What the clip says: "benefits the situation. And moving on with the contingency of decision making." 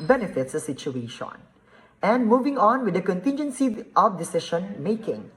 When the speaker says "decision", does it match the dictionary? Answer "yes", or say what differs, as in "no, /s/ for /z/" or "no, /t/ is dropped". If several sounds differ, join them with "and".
no, /ʃ/ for /ʒ/